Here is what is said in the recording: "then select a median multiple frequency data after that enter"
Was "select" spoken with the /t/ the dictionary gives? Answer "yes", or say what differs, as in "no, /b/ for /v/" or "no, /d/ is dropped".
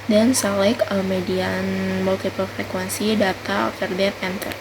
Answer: no, /t/ is dropped